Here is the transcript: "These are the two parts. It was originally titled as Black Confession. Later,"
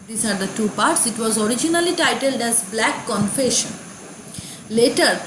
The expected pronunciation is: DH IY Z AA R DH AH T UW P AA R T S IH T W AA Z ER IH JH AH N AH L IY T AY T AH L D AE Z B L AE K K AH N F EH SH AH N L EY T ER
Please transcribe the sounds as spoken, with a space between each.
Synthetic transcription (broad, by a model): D IY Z AA R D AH T UW P AA R T S IH T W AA Z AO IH JH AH N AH L IY T AY T AH L D AE Z B L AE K K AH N F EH SH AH N L EY T ER